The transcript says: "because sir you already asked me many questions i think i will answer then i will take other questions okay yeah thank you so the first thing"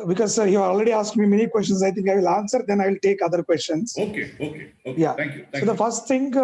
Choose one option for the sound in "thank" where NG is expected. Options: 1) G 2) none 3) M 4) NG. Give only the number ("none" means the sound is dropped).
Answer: 2